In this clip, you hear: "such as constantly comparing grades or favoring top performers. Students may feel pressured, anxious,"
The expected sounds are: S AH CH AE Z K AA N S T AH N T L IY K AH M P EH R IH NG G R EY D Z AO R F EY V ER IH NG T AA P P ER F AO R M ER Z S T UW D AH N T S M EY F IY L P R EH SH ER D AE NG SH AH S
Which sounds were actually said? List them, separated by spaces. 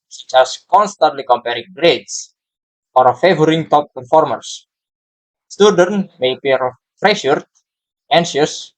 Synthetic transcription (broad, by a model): S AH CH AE S K AA N S T AH N T L IY K AH M P EH R IH NG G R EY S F AO R F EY V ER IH NG T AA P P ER F AO R M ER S S T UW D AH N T M EY P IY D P R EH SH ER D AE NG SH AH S